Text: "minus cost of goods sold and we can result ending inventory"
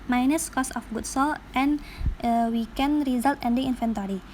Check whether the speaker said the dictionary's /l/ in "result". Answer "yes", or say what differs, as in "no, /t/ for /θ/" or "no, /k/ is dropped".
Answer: yes